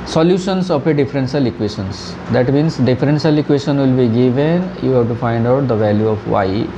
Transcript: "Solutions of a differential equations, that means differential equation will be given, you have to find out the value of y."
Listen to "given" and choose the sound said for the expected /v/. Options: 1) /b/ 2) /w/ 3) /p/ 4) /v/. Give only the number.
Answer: 4